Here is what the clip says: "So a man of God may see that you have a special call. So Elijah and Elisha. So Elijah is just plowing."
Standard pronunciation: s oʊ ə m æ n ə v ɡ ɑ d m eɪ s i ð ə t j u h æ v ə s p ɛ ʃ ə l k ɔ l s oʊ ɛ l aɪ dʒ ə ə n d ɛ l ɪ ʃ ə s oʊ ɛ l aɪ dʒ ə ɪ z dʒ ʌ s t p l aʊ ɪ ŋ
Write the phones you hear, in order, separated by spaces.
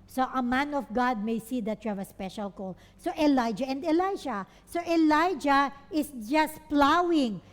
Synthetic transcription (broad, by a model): s oʊ ə m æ n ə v ɡ ɑ d m eɪ s i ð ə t j u h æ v ə s p ɛ ʃ ə l k ɔ l s oʊ ɛ l aɪ dʒ ə ə n d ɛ l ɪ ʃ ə s oʊ ɛ l aɪ dʒ ə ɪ s dʒ ʌ s t p l aʊ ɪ ŋ